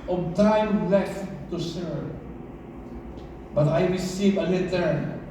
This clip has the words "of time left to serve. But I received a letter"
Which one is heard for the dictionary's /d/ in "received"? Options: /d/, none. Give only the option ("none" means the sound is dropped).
none